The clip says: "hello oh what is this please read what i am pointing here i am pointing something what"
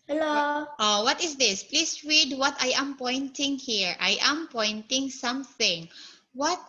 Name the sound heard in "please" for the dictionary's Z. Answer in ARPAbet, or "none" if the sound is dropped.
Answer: S